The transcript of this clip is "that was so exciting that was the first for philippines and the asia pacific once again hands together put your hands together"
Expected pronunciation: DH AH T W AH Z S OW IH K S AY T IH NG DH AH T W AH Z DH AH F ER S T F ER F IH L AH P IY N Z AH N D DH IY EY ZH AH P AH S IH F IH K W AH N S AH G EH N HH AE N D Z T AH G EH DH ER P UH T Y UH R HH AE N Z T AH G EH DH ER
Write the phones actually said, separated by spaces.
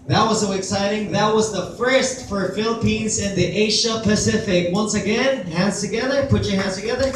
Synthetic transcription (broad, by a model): DH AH T W AH Z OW IH K S AY T IH NG DH AH T W AH Z DH AH F ER S T F ER F IH L AH P IY N Z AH N DH IY EY SH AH P AH S IH F IH K W AH N S AH G EH N HH AE N D Z T AH G EH DH ER P UH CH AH R HH AE N Z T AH G EH DH ER